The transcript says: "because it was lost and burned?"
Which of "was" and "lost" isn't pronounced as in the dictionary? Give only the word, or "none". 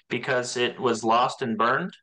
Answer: none